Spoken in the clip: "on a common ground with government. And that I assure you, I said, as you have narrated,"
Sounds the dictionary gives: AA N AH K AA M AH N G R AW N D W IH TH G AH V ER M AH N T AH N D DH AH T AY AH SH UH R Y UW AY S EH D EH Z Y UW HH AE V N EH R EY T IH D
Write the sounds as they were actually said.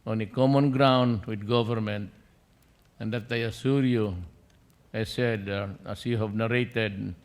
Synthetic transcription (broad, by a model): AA N AH K AA M AH N G R AW N D W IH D G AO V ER M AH N T AH N D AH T AY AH S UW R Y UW AY S EH D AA S Y UW HH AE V N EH R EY T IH D